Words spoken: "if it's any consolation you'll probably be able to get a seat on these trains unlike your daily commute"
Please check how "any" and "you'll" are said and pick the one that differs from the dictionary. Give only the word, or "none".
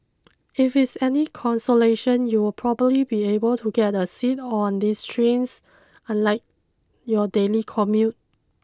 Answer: you'll